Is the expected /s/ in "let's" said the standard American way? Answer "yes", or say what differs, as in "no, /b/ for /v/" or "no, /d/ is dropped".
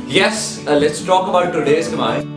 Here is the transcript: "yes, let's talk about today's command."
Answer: yes